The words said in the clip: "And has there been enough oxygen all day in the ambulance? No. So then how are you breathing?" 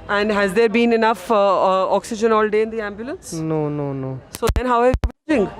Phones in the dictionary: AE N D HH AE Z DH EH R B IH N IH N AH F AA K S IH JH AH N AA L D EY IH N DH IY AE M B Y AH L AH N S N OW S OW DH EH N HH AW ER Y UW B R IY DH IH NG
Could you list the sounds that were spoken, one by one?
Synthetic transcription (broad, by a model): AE N D HH AE Z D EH R B IH N IH N AH F AA K S IH JH AH N AA L D EY IH N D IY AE M B Y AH L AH N S N OW S OW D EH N HH AW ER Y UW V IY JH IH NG